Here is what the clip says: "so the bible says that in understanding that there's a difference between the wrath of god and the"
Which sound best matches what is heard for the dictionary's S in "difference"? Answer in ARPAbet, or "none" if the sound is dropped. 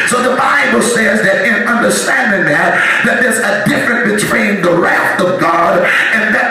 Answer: none